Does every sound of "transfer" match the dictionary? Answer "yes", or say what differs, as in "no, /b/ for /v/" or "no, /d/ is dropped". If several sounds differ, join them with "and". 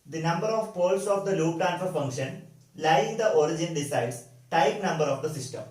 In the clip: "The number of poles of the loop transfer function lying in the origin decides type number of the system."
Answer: no, /s/ is dropped